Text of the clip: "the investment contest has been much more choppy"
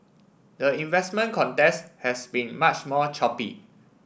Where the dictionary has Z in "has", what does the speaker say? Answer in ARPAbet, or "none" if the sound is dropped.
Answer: S